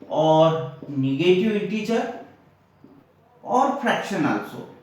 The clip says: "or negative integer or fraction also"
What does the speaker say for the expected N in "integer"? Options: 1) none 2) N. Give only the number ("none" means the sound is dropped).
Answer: 1